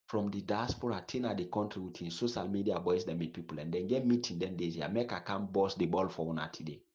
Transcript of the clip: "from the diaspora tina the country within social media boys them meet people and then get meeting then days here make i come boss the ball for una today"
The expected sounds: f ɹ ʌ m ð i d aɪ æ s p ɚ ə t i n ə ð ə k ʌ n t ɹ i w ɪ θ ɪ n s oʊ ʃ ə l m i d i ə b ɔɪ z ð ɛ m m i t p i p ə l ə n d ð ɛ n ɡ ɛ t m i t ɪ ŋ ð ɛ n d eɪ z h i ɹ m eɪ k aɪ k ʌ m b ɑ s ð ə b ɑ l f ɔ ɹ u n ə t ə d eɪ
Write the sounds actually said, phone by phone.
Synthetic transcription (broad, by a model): f ɹ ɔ m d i d aɪ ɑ s p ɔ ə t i n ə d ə k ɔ n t ɹ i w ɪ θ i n s oʊ ʃ ə l m i d i ə b ɔɪ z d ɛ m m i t p i p ə l ə n d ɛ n ɡ ɛ t m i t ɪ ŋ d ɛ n d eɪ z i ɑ m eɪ k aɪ k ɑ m b ɑ s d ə b ɑ l f ɔ w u n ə t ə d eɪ